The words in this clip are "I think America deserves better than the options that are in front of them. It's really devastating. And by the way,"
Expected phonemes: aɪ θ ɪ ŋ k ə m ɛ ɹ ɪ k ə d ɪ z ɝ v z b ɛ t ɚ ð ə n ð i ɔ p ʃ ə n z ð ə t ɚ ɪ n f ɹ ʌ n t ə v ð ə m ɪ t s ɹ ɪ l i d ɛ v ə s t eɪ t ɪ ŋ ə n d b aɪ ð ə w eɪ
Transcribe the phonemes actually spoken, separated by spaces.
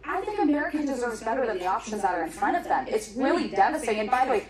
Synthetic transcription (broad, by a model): aɪ θ ɪ ŋ k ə m ɛ ɹ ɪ k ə d ɪ z ɝ v z b ɛ t ɚ ð ə n ð i ɔ p ʃ ə n z ð ə t ɚ ɪ n f ɹ ʌ t ə v ð ə m ɪ t s ɹ ɪ l i d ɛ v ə s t t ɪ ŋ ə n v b aɪ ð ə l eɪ